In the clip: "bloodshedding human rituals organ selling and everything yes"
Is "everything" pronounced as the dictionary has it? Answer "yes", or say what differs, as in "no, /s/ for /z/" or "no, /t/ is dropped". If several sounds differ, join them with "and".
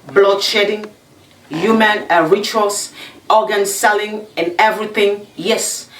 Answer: yes